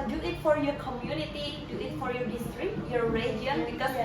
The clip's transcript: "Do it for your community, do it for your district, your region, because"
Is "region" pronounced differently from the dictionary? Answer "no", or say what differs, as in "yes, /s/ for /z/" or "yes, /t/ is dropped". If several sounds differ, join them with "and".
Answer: yes, /dʒ/ is dropped